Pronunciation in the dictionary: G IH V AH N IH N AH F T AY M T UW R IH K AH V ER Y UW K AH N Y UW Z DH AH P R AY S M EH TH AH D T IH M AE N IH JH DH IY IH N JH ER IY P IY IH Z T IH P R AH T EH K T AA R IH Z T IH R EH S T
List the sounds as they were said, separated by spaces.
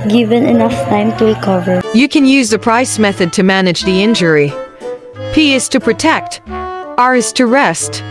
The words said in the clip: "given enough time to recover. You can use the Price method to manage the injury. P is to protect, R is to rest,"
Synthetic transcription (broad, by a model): G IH V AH N IH N AH F T AY M T UW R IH K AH V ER Y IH K AH N Y UW Z DH AH P R AY S M EH TH AH D T IH M AE N IH JH DH IY IH N JH ER IY P IY IH Z T IH P R AH T EH K T AA R IH Z T IH R EH S T